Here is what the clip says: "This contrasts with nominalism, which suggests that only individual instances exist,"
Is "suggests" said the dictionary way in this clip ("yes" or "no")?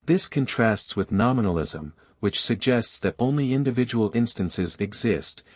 yes